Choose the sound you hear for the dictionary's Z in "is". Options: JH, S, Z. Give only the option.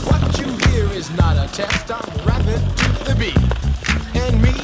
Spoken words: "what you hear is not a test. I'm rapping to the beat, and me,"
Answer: Z